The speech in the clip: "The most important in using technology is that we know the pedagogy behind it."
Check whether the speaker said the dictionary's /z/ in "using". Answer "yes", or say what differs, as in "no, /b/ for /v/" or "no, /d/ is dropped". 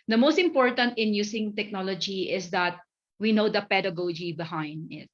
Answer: no, /s/ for /z/